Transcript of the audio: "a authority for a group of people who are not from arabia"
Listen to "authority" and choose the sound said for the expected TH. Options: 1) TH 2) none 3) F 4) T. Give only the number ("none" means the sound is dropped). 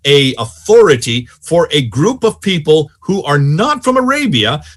1